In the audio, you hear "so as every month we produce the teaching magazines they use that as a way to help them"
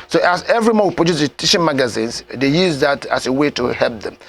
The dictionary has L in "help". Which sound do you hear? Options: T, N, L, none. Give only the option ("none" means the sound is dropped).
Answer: L